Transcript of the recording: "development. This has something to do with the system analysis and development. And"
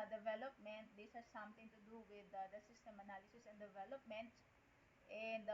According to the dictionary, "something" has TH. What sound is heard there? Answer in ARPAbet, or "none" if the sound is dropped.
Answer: T